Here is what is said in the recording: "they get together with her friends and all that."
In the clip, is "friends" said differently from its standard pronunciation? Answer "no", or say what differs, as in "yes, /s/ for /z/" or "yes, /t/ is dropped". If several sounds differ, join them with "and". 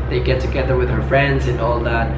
no